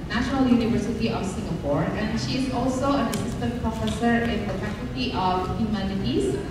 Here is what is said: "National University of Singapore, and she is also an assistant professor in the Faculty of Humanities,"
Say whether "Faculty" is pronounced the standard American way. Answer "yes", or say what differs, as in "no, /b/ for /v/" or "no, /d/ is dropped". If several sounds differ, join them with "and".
no, /l/ is dropped